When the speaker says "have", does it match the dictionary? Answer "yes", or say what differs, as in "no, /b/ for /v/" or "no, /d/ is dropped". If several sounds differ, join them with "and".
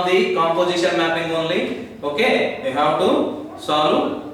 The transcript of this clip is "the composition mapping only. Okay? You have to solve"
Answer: no, /w/ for /v/